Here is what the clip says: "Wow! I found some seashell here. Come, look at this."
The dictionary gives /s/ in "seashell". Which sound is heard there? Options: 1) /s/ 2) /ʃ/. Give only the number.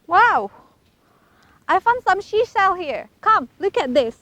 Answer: 2